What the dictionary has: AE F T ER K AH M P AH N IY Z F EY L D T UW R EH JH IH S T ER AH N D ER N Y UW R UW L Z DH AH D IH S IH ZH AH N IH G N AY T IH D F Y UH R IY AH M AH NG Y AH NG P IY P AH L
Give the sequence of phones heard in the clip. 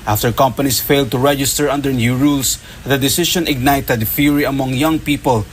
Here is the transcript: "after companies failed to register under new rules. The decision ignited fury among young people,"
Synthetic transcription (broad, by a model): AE F T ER K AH M P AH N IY S F EY L D T UW R EH JH IH S T ER AH N D ER N Y UW R UW L S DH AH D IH S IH SH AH N IH G N AY T IH D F Y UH R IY AH M AH NG Y AH NG P IY P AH L